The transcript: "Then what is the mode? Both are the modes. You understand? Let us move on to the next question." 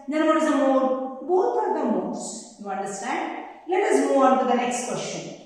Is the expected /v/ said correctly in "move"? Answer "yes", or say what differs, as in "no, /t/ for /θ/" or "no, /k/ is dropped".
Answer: no, /v/ is dropped